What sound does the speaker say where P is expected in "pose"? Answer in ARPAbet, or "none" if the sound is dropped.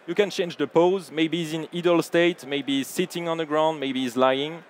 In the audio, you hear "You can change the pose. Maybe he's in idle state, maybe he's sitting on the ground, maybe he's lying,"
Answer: P